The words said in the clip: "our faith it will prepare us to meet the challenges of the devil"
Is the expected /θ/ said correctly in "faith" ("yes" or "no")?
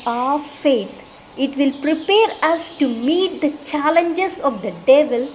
no